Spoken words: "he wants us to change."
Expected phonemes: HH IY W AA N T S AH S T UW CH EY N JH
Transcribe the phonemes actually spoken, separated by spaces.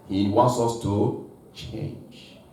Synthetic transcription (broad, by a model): HH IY W AA N T S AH S T UW CH EY N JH